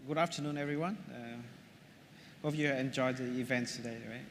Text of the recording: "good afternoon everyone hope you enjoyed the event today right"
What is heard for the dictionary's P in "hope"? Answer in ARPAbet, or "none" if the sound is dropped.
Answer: F